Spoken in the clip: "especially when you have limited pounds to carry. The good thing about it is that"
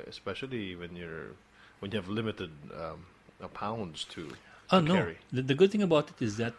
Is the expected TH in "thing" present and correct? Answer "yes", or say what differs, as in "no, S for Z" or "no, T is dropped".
yes